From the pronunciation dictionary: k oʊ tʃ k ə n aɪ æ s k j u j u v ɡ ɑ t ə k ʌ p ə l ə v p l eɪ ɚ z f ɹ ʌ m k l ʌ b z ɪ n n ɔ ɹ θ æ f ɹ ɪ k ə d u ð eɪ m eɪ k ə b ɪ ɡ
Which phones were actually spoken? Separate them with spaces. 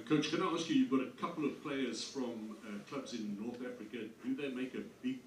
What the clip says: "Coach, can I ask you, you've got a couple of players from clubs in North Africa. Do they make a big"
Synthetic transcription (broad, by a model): k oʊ tʃ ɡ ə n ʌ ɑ s k j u j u v ɡ ɑ t ə k ʌ p l ə v p l eɪ ɚ z f ɹ ʌ m k l ʌ b z ɪ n n ɔ ɹ θ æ f ɹ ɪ k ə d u ð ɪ m eɪ k ə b ɪ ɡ